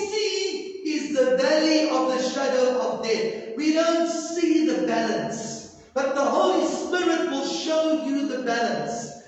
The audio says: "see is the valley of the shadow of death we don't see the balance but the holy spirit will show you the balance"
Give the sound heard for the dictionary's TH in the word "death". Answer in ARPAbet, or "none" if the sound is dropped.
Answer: T